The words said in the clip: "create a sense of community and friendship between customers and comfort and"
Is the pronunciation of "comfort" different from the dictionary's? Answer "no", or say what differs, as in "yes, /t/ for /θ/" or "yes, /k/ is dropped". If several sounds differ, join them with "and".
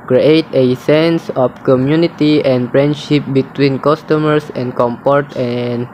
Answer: yes, /p/ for /f/